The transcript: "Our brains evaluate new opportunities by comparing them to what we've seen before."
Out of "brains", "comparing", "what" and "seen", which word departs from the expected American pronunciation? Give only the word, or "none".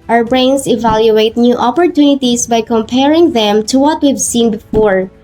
brains